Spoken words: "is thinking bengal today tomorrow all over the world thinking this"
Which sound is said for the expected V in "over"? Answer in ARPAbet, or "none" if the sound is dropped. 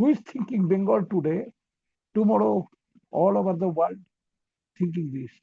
B